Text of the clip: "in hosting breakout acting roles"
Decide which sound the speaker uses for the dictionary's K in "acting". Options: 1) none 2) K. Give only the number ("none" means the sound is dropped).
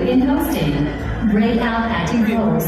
1